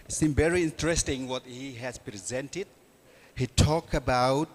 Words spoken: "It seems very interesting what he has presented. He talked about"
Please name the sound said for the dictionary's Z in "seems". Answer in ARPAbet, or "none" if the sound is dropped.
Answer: none